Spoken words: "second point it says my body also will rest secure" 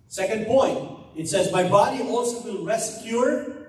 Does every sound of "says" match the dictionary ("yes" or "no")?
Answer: yes